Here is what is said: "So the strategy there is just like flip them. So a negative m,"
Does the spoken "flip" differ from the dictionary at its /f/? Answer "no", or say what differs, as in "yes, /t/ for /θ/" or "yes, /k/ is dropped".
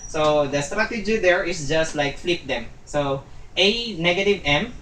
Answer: no